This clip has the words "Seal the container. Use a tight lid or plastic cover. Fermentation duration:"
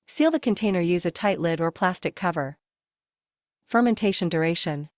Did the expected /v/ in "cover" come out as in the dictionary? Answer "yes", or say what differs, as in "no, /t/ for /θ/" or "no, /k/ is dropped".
yes